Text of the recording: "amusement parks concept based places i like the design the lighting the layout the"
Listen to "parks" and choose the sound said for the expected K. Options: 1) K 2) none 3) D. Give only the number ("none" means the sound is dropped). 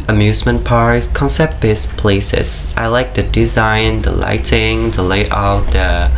2